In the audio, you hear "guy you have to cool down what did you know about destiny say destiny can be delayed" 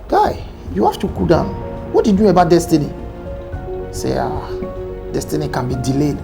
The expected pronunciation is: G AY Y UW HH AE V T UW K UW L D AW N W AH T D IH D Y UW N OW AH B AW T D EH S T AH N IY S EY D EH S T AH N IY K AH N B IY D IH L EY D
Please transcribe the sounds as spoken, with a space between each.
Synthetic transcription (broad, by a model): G AY Y UW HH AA F T UW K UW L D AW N W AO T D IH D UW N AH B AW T D EH S T AH N IY S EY D EH S T AH N IY K AH N B IY D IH L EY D